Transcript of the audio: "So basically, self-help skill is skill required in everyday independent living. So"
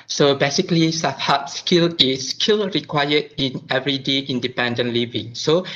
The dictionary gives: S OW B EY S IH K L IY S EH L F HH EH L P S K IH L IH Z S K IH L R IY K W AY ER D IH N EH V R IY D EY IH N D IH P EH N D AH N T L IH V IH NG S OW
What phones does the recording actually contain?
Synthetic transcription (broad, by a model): S OW B EY S IH K L IY S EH F HH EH P S K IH L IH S K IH L R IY K W AY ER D IH N EH V R IY D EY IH N D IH P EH N D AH N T L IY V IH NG S OW